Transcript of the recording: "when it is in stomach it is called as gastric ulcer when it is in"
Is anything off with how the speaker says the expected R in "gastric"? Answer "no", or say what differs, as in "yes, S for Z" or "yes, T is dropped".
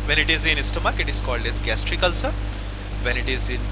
no